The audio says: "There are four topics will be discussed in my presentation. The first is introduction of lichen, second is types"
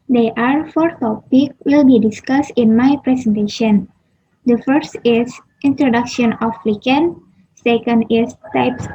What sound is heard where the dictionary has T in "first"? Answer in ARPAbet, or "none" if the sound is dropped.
T